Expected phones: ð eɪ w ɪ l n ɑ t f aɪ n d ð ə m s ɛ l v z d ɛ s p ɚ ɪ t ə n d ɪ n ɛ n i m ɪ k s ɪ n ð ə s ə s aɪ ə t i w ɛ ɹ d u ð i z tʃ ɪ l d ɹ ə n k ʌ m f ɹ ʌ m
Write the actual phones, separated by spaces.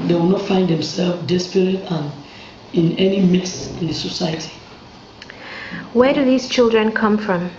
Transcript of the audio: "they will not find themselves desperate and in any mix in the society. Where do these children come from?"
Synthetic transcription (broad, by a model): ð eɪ w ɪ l n ɑ t f aɪ n d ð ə m s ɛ l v d ɛ s p ɚ ɪ t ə n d ɪ n ɛ n i m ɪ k s ɪ n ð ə s ə s aɪ ə t i w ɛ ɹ d u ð i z tʃ ɪ l d ɹ ə n k ʌ m f ɹ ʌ m